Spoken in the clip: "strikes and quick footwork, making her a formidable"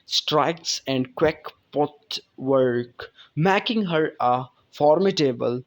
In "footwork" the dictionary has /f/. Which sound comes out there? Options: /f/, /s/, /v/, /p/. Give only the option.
/p/